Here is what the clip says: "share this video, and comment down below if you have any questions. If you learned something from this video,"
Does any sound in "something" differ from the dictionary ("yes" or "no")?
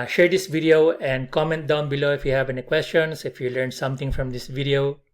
yes